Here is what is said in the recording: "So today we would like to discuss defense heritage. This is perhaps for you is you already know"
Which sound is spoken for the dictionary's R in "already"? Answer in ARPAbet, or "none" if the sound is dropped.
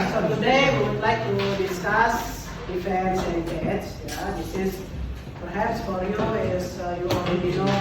none